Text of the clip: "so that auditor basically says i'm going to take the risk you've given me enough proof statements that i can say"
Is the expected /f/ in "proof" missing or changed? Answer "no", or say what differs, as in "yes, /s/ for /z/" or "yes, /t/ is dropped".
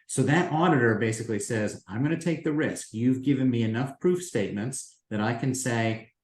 no